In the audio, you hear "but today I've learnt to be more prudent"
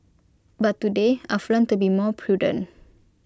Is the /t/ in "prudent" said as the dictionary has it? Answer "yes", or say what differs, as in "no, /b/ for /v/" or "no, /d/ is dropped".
no, /t/ is dropped